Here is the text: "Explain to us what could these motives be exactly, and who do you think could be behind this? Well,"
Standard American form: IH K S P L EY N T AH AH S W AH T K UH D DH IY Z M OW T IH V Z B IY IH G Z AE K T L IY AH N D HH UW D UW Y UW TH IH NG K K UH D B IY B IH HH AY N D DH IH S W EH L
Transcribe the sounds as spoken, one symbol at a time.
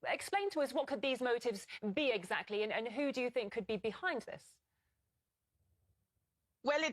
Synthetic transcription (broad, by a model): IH K S P L EY N T AH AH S W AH T K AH D DH IY Z M OW T IH V Z B IY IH G Z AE K T L IY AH N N HH UW D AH Y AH TH IH NG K K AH D B IY B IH HH AY N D DH IH S W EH L